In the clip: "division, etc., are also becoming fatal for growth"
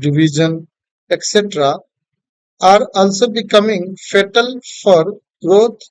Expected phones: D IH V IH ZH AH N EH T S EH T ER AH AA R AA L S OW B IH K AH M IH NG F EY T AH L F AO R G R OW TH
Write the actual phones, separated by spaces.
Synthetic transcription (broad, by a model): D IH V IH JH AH N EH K S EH T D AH AA R AA L S OW B IH K AH M IH NG F EY T AH L F AO R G R OW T